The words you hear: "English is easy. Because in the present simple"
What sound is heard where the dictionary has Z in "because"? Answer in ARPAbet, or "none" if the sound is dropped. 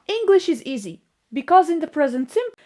Z